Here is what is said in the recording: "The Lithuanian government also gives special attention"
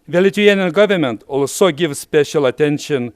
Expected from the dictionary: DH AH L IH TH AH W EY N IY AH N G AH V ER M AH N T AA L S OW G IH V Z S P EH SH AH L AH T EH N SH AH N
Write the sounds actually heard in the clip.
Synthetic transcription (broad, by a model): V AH L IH T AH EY N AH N G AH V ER M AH N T AA L S OW G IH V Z S P EH SH AH L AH T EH N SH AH N